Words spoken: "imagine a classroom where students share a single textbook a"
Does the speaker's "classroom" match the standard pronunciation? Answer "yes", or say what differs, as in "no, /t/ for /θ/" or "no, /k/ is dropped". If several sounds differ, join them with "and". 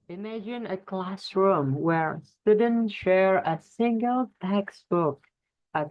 yes